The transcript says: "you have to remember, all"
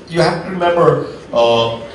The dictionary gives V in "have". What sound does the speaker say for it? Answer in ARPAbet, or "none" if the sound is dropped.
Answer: F